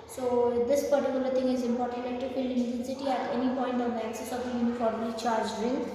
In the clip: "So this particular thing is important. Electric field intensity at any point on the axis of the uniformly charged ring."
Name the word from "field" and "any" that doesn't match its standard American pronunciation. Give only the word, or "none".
field